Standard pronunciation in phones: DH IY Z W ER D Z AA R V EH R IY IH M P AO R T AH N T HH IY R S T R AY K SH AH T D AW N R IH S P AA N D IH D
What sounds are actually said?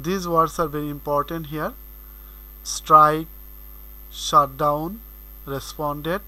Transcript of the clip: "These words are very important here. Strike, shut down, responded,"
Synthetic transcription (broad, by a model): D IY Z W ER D S AA R V EH R IY IH M P AO R T AH N T HH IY R S T R AY K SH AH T D AW N R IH S P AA N D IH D